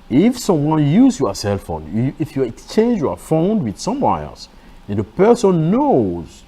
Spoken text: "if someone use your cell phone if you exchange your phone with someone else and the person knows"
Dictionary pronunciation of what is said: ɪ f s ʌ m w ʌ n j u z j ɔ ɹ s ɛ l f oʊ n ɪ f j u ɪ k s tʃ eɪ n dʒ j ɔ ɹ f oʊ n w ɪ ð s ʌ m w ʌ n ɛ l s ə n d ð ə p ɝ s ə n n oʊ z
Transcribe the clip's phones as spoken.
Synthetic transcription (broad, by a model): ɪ f s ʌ m w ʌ n j u z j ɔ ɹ s ɛ l f oʊ n ɪ f j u ɪ k s tʃ eɪ n dʒ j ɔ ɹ f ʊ n w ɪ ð s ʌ m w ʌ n ɛ l s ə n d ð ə p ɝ s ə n n oʊ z